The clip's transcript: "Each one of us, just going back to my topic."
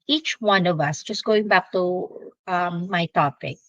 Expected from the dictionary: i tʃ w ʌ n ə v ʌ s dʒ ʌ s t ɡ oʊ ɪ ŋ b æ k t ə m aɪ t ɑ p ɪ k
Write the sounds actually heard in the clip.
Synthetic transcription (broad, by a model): i tʃ w ʌ n ə v ʌ s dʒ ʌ s t ɡ oʊ ɪ ŋ b æ k t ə m aɪ t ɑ p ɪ k